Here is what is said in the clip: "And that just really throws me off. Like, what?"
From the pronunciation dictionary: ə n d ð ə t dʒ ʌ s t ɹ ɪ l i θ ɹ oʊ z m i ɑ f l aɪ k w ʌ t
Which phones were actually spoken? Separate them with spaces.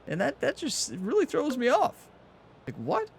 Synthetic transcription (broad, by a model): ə n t ð ə t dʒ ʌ s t ɹ ɪ l i θ ɹ oʊ z m i ɑ f l aɪ k w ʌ t